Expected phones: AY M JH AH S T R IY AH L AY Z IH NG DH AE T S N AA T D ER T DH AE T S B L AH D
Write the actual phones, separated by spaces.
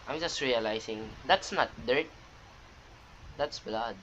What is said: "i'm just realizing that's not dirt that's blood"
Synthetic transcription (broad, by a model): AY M JH AH S T R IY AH L AY S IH NG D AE T S N AA T D ER T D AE T S B L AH D